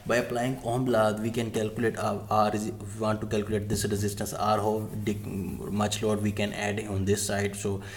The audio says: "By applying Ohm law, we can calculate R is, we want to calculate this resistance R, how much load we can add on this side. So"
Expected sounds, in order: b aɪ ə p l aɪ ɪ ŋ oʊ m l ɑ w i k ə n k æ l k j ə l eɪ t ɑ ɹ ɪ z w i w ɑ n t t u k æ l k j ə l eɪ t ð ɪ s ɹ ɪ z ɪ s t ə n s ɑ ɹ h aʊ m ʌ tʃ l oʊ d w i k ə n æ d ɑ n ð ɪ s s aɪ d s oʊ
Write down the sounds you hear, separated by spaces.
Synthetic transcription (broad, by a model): b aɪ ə p l aɪ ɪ ŋ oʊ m l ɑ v i k ə n k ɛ l k j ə l eɪ t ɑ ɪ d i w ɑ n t t u k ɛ l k j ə l eɪ t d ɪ s ɹ ɪ z ɪ s t ə n s ɑ ɹ h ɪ m ʌ tʃ l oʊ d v i k ə n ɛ d ɑ n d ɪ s s aɪ d s oʊ